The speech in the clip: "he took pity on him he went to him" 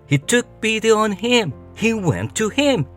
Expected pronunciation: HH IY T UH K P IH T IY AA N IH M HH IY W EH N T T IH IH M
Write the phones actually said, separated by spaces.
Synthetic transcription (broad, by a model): HH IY T UH K B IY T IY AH N IH M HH IY W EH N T T IH IH M